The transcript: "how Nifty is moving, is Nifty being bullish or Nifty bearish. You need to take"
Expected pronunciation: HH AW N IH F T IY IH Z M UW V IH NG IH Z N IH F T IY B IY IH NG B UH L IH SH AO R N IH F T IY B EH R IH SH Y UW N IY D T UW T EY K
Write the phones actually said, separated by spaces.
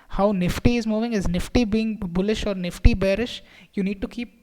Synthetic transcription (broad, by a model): HH AW N IH F T IY IH Z M UW V IH NG IH Z N IH F T IY B IY IH NG B UH L IH SH AO R N IH F T IY B EH R IH SH Y UW N IY D T UW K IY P